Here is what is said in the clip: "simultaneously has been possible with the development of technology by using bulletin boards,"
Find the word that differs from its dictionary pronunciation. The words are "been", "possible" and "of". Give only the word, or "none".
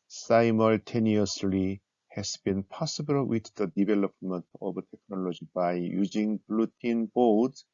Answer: of